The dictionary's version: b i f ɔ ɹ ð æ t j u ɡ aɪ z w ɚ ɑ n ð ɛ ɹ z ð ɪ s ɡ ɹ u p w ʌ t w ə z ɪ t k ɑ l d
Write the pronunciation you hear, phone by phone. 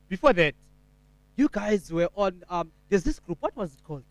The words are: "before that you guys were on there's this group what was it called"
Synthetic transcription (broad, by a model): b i f ɔ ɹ ð æ t j u ɡ aɪ z w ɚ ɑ n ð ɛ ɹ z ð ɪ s ɡ ɹ u p w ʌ t w ə z ɪ t k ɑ l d